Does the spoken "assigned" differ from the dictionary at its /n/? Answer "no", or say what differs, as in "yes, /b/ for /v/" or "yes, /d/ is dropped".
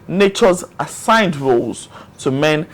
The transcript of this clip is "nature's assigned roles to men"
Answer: no